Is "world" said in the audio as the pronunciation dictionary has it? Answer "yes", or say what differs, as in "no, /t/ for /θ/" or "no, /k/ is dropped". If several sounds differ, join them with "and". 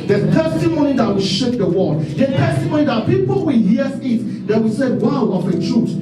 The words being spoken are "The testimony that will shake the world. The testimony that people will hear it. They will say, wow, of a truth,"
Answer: no, /l/ is dropped